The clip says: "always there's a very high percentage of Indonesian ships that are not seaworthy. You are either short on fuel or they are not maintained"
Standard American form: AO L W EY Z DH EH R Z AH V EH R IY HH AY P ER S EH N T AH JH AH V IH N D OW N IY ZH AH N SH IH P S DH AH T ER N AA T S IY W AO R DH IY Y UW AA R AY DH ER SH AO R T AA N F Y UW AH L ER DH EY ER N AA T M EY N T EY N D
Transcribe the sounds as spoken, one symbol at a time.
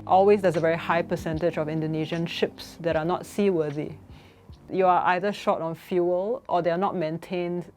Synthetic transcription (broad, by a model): AO L W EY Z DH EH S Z AH V EH R IY HH AY P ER S EH N T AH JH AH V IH N D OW N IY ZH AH N SH IH P S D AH T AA N AA T S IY W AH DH IY Y UW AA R AY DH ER SH AO T AA N F Y UW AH L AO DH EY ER N AA T M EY N T EY N D